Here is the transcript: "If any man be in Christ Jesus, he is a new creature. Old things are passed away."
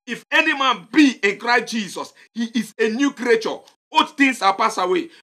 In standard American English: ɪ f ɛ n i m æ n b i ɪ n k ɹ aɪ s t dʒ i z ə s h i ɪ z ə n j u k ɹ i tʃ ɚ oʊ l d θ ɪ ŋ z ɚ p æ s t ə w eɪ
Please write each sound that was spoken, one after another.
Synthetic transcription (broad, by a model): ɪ f ɛ n i m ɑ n b i ɪ n k ɹ aɪ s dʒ i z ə s h i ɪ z ə n j u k ɹ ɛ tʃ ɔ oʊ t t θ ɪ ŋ s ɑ p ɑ s ə w eɪ